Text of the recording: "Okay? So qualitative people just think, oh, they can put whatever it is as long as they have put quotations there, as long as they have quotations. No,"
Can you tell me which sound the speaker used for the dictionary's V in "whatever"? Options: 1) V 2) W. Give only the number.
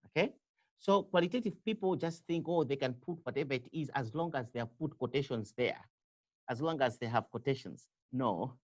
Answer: 1